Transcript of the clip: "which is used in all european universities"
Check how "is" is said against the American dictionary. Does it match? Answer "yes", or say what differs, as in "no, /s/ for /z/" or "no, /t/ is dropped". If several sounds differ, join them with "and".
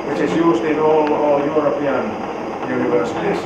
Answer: no, /s/ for /z/